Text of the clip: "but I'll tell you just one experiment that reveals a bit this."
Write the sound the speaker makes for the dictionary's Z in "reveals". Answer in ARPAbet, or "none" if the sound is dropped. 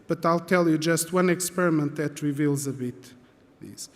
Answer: Z